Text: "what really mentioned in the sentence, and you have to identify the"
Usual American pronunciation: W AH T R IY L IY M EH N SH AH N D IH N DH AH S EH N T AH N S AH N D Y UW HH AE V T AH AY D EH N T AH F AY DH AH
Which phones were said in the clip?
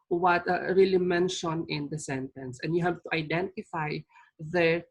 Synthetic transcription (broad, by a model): W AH T R IY L IY M EH N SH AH N IH N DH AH S EH N T AH N S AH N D Y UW HH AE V T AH AY D EH N T AH F AY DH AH